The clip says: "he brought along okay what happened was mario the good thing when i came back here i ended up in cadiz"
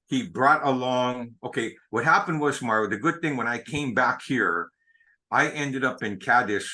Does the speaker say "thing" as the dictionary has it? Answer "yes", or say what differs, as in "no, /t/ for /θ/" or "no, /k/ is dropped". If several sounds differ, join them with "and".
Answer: yes